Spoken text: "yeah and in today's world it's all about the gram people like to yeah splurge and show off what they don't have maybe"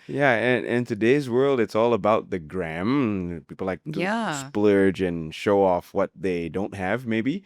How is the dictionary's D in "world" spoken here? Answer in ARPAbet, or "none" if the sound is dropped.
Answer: D